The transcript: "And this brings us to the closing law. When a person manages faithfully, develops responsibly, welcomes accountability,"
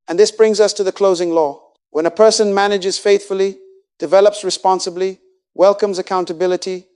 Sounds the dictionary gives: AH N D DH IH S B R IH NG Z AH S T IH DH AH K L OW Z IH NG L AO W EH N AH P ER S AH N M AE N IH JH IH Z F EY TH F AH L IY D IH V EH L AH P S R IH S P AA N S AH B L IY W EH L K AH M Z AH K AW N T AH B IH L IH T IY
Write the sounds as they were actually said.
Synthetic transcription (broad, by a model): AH N DH IH S B R IH NG Z AH S T IH DH AH K L OW Z IH NG L AO W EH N AH P ER S AH N M AE N IH JH IH Z F EY TH F AH L IY D IH V EH L AH P S R IH S P AA N S AH B L IY W EH L K AH M Z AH K AW N T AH B IH L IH T IY